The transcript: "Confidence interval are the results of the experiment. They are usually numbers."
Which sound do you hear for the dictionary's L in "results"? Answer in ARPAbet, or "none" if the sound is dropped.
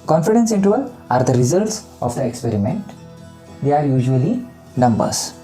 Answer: L